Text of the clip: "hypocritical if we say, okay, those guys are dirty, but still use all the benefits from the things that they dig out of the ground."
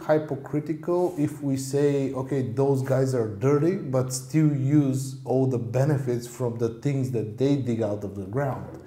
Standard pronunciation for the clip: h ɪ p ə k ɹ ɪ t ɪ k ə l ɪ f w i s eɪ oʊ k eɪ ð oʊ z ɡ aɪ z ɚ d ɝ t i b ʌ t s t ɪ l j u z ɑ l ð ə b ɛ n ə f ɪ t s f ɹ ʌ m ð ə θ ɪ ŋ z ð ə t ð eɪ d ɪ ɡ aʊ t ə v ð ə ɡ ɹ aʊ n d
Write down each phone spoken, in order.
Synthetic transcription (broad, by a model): h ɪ p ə k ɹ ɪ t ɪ k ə l ɪ f w i s eɪ oʊ k eɪ ð oʊ z ɡ aɪ z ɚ d ɝ t i b ʌ t s t ɪ l j u z ɑ l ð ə b ɛ n ə f ɪ t s f ɹ ʌ m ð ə θ ɪ ŋ z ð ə t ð eɪ d ɪ ɡ aʊ t ə v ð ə ɡ ɹ aʊ n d